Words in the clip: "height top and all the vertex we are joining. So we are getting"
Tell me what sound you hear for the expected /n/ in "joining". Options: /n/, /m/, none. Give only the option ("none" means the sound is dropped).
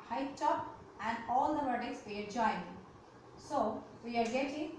none